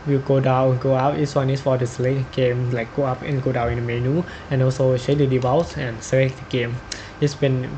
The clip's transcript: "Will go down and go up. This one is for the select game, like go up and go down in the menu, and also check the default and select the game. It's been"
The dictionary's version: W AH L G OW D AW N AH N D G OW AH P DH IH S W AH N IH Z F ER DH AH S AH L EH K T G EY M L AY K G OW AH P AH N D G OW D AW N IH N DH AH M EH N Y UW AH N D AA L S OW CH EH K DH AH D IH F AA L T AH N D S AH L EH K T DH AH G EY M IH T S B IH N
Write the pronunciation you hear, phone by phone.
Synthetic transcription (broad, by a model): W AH G OW D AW AH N G OW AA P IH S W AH N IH S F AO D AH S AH L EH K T G EY M L AY K G OW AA P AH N G OW D AW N IH N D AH M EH N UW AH N AA L S OW SH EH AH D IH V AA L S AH N S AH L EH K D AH G EY M IH T S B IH N